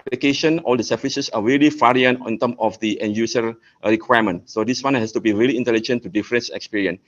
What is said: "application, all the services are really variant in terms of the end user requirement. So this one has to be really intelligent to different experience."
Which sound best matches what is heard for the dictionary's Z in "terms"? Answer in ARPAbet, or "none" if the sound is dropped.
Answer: none